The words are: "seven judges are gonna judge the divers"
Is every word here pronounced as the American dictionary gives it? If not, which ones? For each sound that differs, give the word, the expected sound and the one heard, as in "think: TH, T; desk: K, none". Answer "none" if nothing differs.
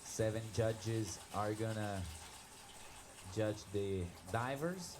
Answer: none